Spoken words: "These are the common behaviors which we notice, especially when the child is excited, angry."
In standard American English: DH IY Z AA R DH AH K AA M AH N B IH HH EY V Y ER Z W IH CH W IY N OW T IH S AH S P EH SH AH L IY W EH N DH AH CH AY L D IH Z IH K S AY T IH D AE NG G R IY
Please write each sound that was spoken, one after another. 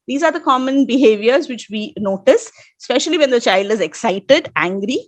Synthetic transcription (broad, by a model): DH IY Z AA R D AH K AA M AH N B IH HH EY V Y ER Z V IH CH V IY N OW T IH S S P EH SH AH L IY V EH N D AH CH AY L D IH Z IH K S AY T IH D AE NG G R IY